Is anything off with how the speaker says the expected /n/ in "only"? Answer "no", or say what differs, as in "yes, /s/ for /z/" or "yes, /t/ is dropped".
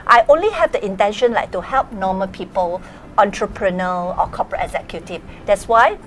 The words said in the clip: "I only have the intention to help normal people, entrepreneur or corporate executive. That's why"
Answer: no